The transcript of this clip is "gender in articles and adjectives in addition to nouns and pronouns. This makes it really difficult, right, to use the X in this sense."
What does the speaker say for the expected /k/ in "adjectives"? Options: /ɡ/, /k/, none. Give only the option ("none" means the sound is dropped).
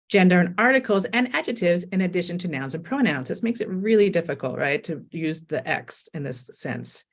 none